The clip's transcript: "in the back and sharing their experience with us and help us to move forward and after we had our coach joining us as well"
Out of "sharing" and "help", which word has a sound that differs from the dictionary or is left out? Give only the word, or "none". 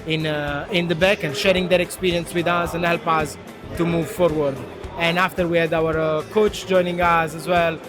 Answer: none